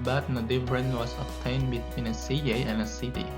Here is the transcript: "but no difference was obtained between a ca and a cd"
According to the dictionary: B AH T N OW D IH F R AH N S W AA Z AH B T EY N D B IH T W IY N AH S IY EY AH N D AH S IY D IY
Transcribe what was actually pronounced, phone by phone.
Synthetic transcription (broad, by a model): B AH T N OW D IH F R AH N W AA S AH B T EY N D B IH T W IY N AH S IY EY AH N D AH S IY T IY